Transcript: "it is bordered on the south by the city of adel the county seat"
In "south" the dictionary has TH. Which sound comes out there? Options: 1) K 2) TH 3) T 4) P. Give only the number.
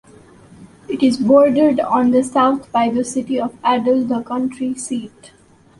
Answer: 3